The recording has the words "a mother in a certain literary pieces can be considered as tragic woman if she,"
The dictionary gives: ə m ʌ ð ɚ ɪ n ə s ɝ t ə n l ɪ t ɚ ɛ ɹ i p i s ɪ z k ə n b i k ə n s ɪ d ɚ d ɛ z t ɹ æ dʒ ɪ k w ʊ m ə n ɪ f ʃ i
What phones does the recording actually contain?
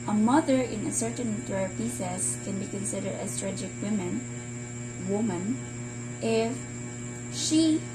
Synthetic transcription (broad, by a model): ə m ʌ ð ɚ ɪ n ə s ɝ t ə n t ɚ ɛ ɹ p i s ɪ s k ə n b i k ə n s ɪ d ɚ d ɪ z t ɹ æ dʒ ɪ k w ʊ m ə n ɪ f ʃ i